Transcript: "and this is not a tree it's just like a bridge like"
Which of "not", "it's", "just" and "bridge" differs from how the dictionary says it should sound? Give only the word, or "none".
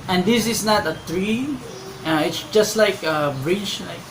bridge